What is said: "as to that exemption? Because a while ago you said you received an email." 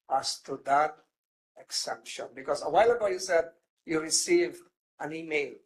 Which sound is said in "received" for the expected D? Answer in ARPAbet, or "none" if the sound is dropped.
none